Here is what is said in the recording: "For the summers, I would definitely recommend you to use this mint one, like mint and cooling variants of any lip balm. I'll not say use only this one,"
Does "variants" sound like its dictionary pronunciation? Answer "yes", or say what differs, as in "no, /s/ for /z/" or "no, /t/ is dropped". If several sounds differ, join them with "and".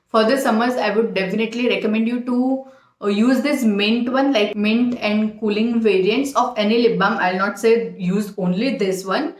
yes